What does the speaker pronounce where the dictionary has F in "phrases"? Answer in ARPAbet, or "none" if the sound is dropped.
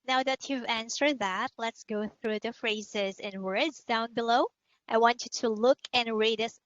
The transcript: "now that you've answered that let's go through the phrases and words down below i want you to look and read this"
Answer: F